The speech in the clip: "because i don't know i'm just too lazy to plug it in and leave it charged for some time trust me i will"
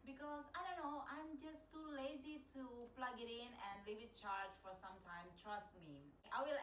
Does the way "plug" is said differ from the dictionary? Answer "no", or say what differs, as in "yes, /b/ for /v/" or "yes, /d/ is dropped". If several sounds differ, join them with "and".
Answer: no